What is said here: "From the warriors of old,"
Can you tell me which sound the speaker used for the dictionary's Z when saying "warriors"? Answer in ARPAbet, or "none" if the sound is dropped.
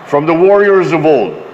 Z